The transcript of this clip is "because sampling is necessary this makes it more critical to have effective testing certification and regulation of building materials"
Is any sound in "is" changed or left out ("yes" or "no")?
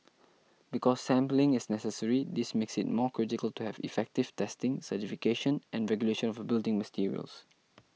yes